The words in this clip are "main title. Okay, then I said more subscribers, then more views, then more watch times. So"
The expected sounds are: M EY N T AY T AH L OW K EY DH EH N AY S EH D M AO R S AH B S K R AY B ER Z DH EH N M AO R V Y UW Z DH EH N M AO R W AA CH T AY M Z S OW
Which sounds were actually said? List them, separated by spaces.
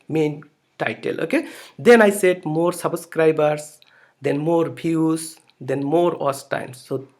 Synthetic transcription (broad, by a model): M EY N T AY T AH L OW K EY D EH N AY S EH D M AO R S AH B S K R AY B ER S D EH N M AO R B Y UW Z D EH N M AO R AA S T AY M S OW